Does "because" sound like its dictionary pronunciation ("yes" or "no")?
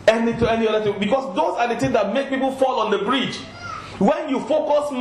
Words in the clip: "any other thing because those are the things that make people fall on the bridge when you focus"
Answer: no